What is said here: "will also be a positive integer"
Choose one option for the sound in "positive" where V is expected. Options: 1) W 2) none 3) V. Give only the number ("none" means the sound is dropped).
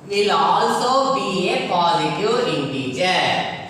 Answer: 2